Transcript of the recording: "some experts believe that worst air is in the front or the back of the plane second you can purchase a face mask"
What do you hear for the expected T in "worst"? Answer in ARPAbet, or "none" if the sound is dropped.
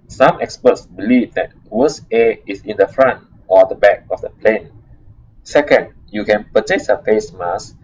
none